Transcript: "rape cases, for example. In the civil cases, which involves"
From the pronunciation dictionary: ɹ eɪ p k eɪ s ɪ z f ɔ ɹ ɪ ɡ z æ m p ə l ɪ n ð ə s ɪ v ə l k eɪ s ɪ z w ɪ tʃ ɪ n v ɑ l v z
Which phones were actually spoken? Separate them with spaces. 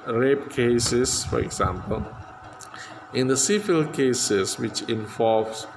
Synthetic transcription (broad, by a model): ɹ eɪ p k eɪ s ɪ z f ɔ ɹ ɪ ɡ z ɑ m p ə l ɪ n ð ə s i f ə l k eɪ s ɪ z w ɪ tʃ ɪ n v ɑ l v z